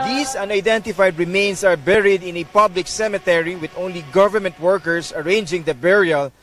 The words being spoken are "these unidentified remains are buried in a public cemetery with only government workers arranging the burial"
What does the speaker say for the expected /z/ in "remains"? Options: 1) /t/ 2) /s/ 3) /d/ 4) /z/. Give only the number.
2